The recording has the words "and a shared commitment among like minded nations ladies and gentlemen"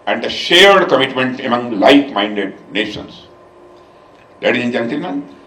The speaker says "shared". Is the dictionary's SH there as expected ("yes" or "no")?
yes